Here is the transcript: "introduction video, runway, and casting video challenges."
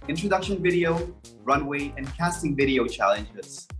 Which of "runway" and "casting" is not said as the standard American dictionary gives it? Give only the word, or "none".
none